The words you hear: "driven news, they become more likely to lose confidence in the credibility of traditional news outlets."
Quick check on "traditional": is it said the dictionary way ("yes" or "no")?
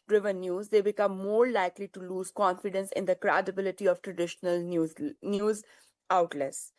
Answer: yes